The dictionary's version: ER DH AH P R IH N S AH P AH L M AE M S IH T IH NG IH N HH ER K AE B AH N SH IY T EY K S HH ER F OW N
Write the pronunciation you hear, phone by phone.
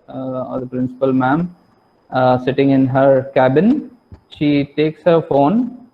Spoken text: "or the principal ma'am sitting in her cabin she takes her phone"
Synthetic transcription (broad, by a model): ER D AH P R IH N S AH P AH L M AE M S IH T IH NG IH N HH ER K AE B AH N SH IY T EY K S HH ER F OW N